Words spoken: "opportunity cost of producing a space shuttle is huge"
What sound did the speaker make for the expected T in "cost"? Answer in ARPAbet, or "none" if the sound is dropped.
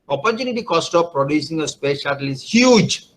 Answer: T